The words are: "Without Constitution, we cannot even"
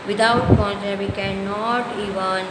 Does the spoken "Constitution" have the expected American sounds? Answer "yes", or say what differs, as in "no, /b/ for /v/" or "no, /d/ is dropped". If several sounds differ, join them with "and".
no, /s/ is dropped